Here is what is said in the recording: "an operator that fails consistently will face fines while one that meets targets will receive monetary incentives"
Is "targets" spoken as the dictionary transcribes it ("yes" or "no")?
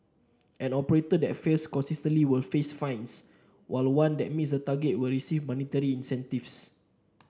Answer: no